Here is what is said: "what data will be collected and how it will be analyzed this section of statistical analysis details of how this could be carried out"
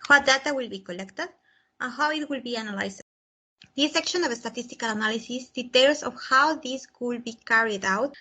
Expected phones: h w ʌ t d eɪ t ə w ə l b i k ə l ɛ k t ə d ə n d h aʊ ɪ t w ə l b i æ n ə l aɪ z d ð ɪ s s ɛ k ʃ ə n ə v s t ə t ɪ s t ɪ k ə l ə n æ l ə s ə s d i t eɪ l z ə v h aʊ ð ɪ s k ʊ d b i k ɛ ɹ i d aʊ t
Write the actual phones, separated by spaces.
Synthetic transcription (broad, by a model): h w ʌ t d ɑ t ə w ə l b i k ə l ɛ k t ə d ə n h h aʊ ɪ t w ə l b i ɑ n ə l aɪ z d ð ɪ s s ɛ k ʃ ə n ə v s t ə t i s t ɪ k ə l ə n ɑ l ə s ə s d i t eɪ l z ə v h aʊ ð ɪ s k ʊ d b i k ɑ ɹ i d aʊ t